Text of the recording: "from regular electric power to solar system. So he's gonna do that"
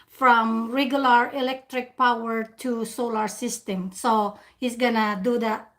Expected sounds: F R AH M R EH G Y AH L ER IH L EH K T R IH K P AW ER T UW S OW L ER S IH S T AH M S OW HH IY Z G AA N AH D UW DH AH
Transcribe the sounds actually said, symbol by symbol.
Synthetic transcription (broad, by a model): F R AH M R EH G Y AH L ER IH L EH K T R IH K P AW ER T UW S OW L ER S IH S T AH M S OW HH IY S G AA N AH D UW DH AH